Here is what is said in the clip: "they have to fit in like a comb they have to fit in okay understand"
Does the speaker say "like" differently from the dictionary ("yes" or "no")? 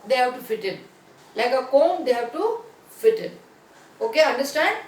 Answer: no